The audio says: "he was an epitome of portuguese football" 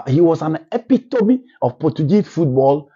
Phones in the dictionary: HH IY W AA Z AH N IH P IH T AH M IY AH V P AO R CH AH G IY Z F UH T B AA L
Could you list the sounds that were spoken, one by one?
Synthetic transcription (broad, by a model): HH IY W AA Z AH N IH P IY T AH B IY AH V P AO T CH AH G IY F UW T B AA L